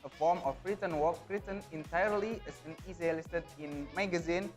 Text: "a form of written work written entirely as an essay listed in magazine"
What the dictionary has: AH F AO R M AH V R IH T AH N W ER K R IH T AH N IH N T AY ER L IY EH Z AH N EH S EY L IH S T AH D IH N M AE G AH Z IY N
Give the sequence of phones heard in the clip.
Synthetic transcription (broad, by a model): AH F AO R M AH B R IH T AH N W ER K R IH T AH N IH N T AY ER L IY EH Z AH N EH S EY L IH S T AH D IH N M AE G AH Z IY N